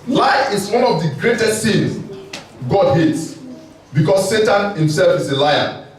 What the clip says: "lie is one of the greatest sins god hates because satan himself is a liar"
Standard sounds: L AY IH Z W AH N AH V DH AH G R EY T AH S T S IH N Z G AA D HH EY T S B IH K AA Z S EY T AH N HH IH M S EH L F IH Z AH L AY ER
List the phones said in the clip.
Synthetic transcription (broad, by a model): L AY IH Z W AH N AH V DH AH G R EY T AH S T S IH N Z G AA D HH EY T S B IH K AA S EY T AH N HH IH M S EH L F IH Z AH L AY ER